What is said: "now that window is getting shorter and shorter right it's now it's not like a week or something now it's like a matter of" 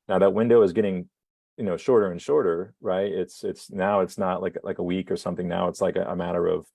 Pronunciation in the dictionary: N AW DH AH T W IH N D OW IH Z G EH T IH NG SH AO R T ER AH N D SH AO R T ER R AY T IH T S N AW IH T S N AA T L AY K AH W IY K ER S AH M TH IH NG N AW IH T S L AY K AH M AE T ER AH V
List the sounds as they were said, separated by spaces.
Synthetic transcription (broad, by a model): N AW DH AH T W IH N D OW IH Z G EH T IH NG SH AO R T ER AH N SH AO R T ER R AY T IH T S N AW IH T S N AA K L AY K AH W IY K ER S AH M TH IH NG N AW IH T S L AY K AH M AE T ER AH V